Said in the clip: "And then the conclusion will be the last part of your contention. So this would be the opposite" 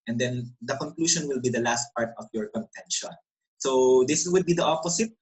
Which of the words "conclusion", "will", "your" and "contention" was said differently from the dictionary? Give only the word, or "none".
conclusion